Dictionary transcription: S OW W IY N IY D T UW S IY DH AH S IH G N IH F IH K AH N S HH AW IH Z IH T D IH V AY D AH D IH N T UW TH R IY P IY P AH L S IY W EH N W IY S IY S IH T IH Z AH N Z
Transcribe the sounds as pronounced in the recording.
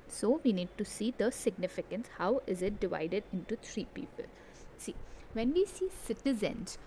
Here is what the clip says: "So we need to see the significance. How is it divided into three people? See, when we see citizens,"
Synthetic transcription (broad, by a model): S OW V IY N IY D T UW S IY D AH S IH G N IH F IH K AH N S HH AW IH Z IH T D IH V AY D AH D IH N T UW T R IY P IY P AH L S IY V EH N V IY S IY S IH T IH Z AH N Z